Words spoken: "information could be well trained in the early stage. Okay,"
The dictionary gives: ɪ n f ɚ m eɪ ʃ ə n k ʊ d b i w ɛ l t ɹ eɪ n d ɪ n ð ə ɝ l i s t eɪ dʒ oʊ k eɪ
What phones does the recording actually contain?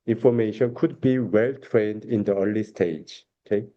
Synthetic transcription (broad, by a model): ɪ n f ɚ m eɪ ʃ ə n k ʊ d b i w ɛ l t ɹ eɪ n d ɪ n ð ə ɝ l i s t eɪ dʒ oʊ k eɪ